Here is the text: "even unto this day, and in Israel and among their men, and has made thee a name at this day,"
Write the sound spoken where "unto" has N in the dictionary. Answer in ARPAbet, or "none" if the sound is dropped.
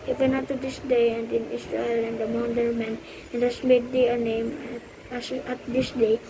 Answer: none